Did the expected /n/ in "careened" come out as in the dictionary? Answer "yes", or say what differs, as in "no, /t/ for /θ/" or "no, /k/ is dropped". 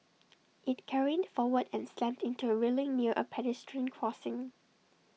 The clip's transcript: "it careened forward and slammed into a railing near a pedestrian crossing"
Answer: no, /n/ is dropped